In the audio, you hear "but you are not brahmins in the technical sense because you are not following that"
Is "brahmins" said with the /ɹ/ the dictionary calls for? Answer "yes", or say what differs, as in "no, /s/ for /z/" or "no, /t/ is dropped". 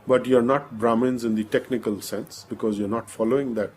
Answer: yes